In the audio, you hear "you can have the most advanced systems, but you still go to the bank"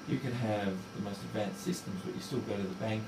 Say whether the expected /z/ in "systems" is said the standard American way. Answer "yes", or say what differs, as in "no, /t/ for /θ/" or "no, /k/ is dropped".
yes